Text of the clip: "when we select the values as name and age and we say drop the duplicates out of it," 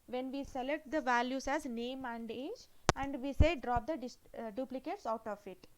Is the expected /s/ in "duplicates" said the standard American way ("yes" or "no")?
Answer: yes